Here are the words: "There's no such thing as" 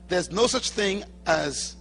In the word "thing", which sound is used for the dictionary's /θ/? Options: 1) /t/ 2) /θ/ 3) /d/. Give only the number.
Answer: 2